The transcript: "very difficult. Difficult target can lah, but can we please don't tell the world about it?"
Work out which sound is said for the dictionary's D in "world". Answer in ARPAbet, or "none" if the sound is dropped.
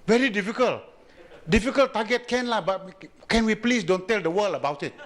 none